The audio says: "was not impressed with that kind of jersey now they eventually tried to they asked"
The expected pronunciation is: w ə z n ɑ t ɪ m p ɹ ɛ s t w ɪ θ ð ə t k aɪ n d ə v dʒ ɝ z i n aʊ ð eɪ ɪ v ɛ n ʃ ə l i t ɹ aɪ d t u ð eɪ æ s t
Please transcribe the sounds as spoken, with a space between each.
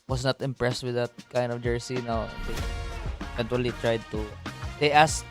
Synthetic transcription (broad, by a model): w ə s n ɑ t ɪ m p ɹ ɛ s t w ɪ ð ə t k aɪ n d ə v dʒ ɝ s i n aʊ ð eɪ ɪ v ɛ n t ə l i t ɹ aɪ d t u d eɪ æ s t